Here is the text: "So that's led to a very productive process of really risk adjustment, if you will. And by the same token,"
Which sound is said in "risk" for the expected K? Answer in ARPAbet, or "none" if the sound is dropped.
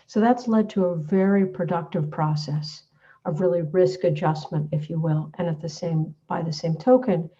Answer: K